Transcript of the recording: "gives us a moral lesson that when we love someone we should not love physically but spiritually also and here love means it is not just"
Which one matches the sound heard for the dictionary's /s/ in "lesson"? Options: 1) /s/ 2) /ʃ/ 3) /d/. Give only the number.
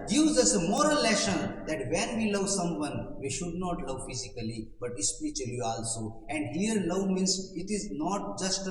2